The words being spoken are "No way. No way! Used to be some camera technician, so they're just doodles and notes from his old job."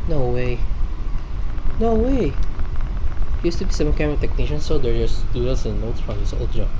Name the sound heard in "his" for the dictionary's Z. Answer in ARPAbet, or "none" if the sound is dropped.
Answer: S